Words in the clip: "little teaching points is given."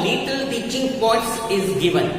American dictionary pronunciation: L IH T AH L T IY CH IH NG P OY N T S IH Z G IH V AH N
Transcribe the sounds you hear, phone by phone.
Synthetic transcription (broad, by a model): L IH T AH L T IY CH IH NG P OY T S IH Z G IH V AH N